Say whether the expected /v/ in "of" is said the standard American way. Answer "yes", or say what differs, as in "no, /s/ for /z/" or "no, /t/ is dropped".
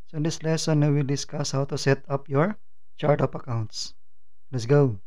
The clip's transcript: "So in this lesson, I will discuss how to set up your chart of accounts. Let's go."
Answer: no, /p/ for /v/